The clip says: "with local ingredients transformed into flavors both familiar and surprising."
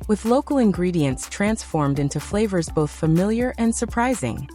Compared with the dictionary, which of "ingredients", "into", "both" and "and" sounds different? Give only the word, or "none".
none